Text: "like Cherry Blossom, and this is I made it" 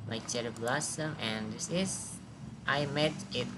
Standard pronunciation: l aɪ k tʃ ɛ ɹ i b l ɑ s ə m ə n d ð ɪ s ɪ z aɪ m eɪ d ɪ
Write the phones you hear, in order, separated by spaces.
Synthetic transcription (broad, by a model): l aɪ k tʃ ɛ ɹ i b l ɑ s ə m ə n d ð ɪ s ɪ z aɪ m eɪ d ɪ